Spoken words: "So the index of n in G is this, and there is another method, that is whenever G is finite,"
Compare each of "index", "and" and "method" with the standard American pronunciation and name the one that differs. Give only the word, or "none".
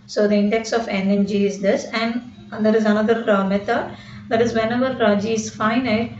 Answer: method